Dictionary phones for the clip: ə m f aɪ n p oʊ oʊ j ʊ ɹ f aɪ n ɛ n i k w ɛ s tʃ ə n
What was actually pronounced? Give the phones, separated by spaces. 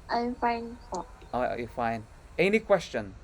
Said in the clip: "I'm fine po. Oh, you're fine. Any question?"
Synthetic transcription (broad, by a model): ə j f aɪ n f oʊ oʊ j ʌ f aɪ n ɛ n i k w ɛ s tʃ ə n